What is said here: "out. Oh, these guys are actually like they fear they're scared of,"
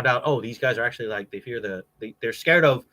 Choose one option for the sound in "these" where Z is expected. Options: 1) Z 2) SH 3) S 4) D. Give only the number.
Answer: 1